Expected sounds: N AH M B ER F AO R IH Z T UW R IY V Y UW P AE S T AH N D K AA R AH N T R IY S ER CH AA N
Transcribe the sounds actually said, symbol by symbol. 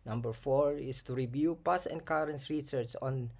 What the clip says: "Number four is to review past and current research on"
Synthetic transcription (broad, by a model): N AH M B ER F AO R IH S T UW R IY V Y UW P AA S AH N K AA R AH N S R IY S ER CH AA N